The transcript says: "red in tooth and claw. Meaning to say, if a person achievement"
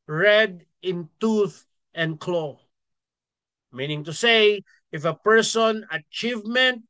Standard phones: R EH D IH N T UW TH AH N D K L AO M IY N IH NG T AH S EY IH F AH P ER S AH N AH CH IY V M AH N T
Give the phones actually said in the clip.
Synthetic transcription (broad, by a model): R EH D IH N T UW TH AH N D K L AO M IY N IH NG T AH S EY IH F AH P ER S AH N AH CH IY V M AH N T